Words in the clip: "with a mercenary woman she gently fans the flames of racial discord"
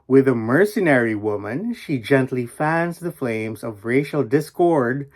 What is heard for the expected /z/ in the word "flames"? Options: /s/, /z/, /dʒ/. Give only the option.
/z/